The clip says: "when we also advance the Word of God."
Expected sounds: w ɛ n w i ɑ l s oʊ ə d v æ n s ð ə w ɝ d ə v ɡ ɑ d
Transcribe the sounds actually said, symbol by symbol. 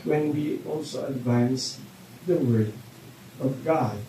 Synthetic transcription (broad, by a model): w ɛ n w i ɑ l s oʊ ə d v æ n s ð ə w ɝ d ə v ɡ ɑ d